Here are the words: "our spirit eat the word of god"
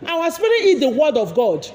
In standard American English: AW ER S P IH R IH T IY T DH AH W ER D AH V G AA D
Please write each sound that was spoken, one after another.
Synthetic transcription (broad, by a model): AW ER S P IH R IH IY T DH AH W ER D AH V G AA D